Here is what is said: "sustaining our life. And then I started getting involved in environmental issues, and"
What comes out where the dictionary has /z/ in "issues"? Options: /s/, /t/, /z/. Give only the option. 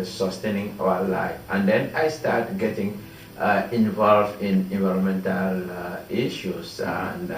/s/